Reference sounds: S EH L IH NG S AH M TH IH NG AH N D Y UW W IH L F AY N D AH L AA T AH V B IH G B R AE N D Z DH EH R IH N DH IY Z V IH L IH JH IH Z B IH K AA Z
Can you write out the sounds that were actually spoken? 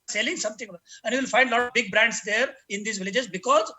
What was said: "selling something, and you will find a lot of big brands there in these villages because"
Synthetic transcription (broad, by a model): S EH L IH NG S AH M T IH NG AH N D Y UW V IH L F AY N D L AA T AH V B IH G B R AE N D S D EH R IH N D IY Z V IH L IH JH IH Z B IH K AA Z